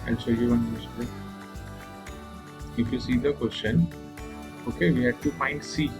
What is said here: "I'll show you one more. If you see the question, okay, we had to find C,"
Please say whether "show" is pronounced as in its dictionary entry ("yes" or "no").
no